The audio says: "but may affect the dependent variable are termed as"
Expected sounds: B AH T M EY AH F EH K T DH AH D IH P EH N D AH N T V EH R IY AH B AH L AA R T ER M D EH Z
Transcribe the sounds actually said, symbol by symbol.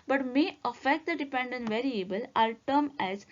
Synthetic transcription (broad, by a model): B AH T M EY AH F EH K T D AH D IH P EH N D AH N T V EH R IY AH B AH L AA L T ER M EH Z